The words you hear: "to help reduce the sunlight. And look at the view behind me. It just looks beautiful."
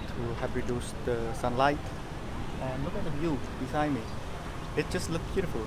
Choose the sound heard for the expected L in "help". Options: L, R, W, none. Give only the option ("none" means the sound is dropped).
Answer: none